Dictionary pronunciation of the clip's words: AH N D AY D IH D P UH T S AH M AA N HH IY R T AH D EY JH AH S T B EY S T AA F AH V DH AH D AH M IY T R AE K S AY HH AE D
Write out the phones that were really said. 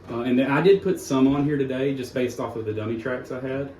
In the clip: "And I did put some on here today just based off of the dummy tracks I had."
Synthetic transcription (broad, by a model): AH N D AY D IH D P UH T S AH M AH N HH IY R T AH D EY JH AH S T B EY S T AA F AH V DH AH D AH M IY T R AE K S AY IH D